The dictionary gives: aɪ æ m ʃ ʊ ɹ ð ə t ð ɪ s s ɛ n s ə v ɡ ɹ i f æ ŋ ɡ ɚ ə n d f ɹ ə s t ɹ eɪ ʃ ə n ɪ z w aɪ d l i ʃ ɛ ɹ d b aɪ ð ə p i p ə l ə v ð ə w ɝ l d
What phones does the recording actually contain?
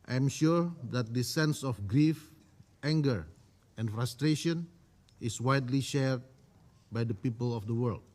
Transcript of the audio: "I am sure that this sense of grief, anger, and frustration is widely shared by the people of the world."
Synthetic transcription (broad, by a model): aɪ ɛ m ʃ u ɹ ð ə t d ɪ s s ɛ n s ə f ɡ ɹ i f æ ŋ ɡ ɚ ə n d f ɹ ə s t ɹ eɪ ʃ ə n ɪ s w aɪ d l i ʃ ɛ ɹ d b aɪ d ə p i p ə l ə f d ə w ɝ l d